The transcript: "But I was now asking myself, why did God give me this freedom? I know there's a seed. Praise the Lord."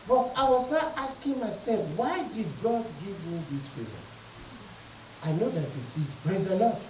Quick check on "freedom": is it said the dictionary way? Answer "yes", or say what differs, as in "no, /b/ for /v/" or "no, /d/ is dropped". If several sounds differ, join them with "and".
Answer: no, /m/ is dropped